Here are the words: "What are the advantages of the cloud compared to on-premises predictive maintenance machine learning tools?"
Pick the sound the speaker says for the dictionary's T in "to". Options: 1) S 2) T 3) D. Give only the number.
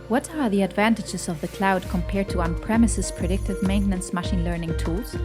2